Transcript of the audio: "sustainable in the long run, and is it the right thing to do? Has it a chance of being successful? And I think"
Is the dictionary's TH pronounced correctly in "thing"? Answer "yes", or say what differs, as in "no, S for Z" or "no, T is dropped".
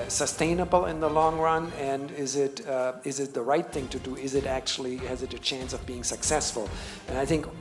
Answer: yes